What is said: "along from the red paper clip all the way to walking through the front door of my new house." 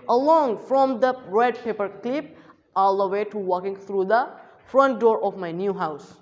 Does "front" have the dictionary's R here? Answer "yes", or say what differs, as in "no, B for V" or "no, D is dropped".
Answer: yes